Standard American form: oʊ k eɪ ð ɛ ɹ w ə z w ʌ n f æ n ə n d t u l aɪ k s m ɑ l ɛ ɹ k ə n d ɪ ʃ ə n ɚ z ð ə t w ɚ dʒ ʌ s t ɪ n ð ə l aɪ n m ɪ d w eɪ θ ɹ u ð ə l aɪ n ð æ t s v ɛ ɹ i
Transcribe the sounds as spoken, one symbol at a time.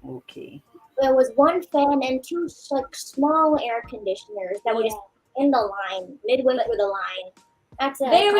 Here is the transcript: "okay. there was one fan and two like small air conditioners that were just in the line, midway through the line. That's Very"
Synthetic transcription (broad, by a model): oʊ k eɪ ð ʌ ɹ w ə z w ʌ n f æ n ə n t u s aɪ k s m ɑ l ɛ ɹ k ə n d ɪ ʃ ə n ɚ z ð ə t w ɚ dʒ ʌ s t ɪ n ð ə l aɪ n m ɪ d w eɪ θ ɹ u ð ə l aɪ n ð æ t s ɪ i